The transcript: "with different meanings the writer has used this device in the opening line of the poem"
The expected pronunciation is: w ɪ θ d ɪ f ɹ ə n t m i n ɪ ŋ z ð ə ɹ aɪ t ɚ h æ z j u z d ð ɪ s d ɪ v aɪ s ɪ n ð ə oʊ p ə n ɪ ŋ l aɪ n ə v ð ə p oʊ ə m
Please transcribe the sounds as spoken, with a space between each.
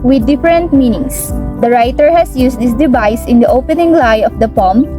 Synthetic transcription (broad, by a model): w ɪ d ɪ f ɹ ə n t m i n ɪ ŋ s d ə ɹ aɪ t ɚ h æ s j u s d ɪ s d ɪ v aɪ s ɪ n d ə oʊ p ə n ɪ ŋ l aɪ ə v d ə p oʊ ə m